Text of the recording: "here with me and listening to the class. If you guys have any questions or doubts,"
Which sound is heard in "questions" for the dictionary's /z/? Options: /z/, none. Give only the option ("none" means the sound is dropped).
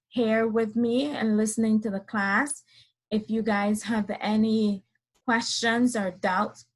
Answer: /z/